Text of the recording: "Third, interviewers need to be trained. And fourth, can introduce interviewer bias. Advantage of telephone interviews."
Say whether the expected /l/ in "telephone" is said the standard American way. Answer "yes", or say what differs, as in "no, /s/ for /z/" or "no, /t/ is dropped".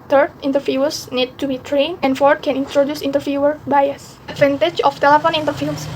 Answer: yes